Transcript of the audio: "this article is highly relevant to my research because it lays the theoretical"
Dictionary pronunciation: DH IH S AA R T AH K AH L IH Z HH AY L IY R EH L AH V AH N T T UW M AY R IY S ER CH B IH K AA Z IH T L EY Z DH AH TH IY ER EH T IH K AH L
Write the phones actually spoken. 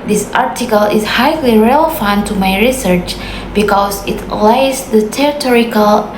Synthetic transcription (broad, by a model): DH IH S AA R T AH K AH L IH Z HH AY L IY R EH L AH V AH N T T UW M AY R IY S ER CH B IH K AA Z IH T L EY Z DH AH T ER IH T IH K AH L